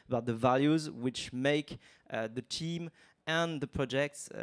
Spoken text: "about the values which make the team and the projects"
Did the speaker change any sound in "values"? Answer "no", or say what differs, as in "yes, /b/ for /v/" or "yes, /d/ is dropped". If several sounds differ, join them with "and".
no